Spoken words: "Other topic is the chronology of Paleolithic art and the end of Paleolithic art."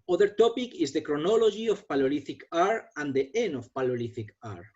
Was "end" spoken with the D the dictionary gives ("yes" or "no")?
no